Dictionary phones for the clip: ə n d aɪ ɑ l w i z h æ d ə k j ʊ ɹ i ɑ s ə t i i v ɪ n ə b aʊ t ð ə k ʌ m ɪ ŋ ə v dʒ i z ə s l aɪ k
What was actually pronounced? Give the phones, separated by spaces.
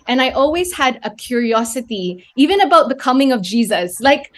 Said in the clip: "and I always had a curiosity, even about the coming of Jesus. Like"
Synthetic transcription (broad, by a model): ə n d aɪ ɑ l w i z h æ d ə k j ʊ ɹ i ɑ s ə t i i v ɪ n ə b aʊ t ð ə k ʌ m ɪ ŋ ə v dʒ i z ə s l aɪ k